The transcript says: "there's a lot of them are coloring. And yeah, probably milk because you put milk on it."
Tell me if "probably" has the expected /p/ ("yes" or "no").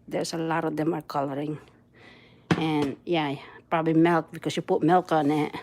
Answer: yes